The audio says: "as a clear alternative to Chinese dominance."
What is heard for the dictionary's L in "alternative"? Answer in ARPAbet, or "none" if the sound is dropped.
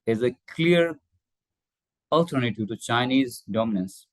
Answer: L